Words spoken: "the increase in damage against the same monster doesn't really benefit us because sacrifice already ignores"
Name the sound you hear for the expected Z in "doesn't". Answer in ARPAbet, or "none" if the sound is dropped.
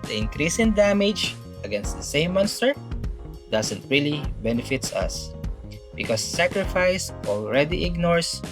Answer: S